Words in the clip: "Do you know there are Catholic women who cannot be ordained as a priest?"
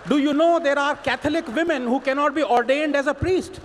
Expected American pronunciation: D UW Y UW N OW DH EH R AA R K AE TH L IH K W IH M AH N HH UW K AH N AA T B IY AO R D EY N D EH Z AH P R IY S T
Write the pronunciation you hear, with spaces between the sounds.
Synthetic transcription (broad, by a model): D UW Y UW N OW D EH R AA R K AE T L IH K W IH M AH N HH UW K AH N AA T B IY AO R D EY N D EH Z AH P R IY S T